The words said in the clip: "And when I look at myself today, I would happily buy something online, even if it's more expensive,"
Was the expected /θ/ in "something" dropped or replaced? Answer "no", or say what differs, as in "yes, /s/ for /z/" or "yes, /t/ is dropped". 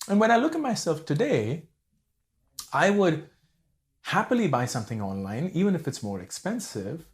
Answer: no